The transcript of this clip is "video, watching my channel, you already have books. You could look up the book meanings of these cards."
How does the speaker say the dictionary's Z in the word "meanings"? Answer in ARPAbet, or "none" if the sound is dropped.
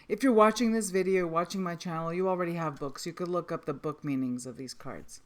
Z